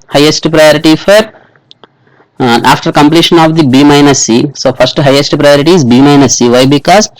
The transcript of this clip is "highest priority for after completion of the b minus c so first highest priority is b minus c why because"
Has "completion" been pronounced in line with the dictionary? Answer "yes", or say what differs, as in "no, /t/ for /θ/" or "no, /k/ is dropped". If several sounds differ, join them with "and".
yes